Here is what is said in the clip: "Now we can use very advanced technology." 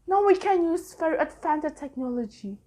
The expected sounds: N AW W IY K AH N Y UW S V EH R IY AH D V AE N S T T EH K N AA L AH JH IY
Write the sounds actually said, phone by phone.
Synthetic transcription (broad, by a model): N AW W IY K AH N Y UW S F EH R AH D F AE N T T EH K N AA L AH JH IY